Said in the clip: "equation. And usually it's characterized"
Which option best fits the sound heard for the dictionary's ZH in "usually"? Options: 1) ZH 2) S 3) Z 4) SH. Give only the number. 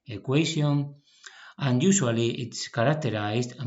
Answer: 2